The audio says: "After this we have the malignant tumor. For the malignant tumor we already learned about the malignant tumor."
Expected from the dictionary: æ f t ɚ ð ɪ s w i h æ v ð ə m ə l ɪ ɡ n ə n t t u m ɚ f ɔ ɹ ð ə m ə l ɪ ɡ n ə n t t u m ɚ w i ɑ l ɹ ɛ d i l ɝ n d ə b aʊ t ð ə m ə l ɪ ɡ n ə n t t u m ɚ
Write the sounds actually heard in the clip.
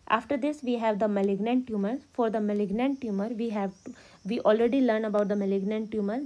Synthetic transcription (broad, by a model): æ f t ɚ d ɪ s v i h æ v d ə m ə l ɪ ɡ n ə n t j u m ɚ f ɔ ɹ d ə m ə l ɪ ɡ n ə n t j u m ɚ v i ɑ l ɹ ɛ d i l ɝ n ə b aʊ t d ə m ə l ɪ ɡ n ə n t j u m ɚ